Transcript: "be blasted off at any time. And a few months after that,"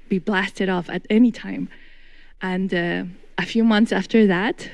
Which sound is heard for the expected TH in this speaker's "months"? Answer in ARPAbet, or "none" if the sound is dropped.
TH